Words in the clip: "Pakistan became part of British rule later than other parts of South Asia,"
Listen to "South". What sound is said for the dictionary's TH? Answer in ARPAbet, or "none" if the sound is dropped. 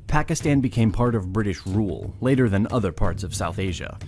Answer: TH